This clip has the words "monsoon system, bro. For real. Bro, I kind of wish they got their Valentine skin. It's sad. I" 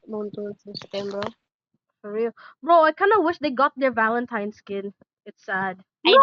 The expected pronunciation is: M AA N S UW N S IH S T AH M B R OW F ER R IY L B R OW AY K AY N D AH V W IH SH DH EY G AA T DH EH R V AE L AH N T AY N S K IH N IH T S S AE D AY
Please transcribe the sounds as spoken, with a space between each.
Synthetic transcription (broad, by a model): M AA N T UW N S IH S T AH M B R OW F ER R IY L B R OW AY K AY N D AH W IH SH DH EY G AA T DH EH R V AE L AH N T AY N S K IH N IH T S S AE D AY